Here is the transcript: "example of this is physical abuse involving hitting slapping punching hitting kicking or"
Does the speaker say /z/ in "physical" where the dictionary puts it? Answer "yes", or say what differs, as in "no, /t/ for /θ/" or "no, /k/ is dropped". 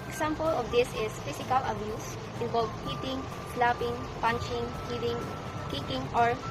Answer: no, /s/ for /z/